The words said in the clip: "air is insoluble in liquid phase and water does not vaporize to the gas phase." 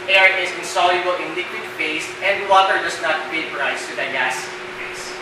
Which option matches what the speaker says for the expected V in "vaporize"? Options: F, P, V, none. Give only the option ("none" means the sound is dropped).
F